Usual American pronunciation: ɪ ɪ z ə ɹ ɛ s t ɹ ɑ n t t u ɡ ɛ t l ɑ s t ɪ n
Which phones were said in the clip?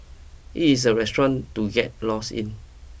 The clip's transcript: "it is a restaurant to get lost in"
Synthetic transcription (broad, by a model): ɪ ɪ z ə ɹ ɛ s t ɹ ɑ n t t u ɡ ɛ t l ɑ s ɪ n